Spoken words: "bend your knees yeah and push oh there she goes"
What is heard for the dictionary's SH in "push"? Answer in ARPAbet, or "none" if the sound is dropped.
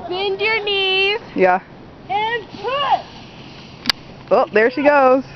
S